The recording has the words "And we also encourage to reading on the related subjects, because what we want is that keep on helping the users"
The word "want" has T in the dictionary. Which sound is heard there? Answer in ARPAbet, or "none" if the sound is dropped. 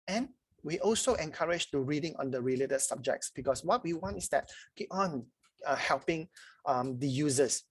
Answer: T